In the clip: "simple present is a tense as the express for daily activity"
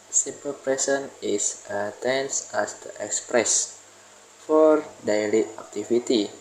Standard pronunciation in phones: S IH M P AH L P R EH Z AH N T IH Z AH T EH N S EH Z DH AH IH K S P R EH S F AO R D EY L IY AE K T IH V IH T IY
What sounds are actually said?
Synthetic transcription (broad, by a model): S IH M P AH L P R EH S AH N IH S AH T EH N S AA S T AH IH K S P R EH S F AO R D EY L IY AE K T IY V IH T IY